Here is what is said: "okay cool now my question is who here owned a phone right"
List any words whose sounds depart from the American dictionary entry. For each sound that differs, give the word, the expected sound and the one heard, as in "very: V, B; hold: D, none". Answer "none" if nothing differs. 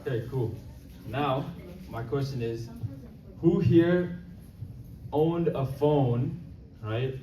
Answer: none